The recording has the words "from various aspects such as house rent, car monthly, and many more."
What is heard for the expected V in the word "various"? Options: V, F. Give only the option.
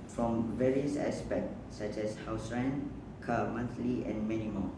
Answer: V